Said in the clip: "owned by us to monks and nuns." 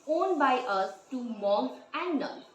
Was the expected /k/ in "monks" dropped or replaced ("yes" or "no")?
yes